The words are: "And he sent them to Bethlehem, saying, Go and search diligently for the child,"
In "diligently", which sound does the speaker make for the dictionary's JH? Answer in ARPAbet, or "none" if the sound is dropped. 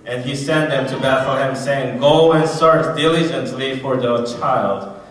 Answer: JH